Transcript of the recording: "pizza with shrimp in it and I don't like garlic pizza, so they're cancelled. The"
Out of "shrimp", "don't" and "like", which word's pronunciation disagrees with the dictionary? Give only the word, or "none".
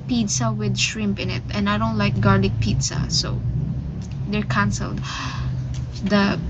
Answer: none